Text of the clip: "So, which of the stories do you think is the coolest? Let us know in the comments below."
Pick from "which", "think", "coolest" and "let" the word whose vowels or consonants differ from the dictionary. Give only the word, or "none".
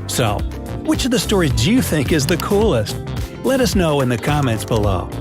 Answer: none